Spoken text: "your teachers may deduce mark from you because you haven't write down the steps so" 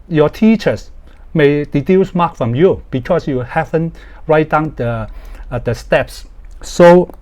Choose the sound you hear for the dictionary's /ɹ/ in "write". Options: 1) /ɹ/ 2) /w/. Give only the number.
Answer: 1